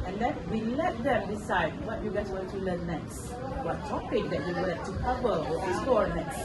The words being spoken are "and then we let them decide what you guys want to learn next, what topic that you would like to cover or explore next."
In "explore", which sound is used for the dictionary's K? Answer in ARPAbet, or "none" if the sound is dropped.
none